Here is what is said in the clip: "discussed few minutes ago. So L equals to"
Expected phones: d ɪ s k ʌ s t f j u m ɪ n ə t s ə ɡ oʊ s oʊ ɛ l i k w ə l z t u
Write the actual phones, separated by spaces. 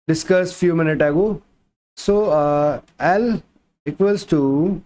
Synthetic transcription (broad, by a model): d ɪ s k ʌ s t f j u m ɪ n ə t ə ɡ oʊ s oʊ ɛ l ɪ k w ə l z t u